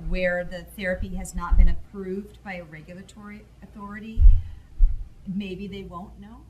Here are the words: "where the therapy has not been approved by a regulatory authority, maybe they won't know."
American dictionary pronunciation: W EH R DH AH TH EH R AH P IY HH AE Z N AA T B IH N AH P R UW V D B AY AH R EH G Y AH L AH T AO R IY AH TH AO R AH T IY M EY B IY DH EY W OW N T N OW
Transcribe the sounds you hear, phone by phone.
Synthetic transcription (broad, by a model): W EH R DH AH TH EH R AH P IY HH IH Z N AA T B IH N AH P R UW V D B AY AH R EH G Y L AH T AO R IY AH TH AO R AH T IY M EY B IY DH EY W OW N N OW